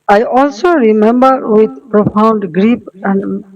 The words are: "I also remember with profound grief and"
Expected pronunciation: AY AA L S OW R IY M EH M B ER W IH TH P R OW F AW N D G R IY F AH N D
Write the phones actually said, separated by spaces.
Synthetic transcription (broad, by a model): AY AA L S OW R IY M EH M B ER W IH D P R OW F AW N D G R IY P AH N D